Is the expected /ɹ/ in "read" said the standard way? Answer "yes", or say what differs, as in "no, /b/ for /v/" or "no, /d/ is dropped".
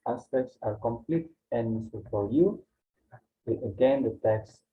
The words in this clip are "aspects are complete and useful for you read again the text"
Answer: no, /w/ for /ɹ/